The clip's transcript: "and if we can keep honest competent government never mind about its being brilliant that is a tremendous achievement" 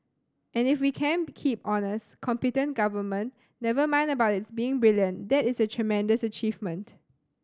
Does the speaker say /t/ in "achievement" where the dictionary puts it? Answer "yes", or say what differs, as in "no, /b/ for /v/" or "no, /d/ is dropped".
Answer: yes